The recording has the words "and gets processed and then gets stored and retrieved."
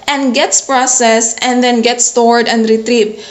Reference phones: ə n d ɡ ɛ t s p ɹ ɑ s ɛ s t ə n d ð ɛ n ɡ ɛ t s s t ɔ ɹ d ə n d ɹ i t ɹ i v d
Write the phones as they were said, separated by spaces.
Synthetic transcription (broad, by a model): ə n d ɡ ɛ t s p ɹ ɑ s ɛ s ə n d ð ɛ n ɡ ɛ t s s t ɔ ɹ d ə n d ɹ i t ɹ i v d